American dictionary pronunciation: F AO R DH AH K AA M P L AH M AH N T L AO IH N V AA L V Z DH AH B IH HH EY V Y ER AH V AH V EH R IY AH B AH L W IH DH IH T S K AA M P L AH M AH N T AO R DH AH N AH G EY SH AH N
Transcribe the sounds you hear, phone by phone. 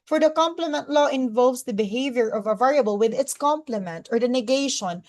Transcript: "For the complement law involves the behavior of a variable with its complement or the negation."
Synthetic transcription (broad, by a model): F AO R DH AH K AA M P L AH M AH N T L AO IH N V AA L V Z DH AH B IH HH EY V Y ER AH V AH V EH R IY AH B AH L W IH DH IH T S K AA M P L AH M AH N T AO R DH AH N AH G EY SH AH N